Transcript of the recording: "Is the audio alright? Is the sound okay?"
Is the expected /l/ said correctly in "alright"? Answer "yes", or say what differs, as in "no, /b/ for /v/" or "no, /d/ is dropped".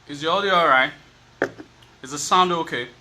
no, /l/ is dropped